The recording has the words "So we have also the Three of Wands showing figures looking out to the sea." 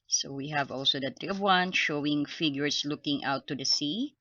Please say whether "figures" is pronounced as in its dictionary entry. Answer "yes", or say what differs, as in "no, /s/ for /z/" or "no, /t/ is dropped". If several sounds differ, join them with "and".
no, /s/ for /z/